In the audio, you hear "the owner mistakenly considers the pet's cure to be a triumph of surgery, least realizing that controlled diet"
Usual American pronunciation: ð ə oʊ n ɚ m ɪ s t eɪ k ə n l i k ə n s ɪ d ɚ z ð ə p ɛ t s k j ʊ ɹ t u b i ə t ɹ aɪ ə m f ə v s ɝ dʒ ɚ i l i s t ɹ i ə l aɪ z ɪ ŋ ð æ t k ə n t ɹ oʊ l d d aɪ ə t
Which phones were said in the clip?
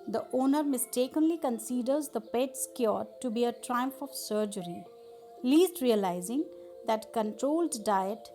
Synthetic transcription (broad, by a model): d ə oʊ n ɚ m ɪ s t eɪ k ə n l i k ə n s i d ɚ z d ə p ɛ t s k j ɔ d t u b i ə t ɹ aɪ ə m f ə v s ɝ dʒ ɚ i l i s t ɹ i ə l aɪ z ɪ ŋ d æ t k ə n t ɹ oʊ l d d aɪ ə t